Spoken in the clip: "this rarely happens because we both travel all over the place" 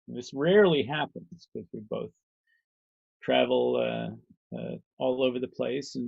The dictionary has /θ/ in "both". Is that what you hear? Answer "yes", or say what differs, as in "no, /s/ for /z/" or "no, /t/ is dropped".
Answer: yes